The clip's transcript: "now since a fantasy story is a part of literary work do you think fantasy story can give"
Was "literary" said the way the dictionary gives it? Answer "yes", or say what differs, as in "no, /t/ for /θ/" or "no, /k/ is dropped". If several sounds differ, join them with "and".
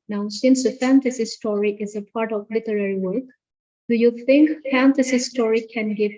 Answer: yes